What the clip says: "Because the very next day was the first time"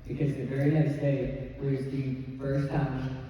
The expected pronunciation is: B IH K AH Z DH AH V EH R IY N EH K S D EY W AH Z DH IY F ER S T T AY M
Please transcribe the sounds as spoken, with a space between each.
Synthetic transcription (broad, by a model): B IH K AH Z DH AH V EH R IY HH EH S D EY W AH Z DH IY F ER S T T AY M